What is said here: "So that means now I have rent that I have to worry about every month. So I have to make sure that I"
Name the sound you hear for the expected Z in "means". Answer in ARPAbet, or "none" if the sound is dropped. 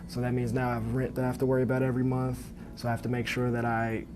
Z